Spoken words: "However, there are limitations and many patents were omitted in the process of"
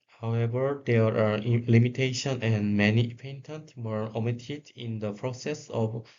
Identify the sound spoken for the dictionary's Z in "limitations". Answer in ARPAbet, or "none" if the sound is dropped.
none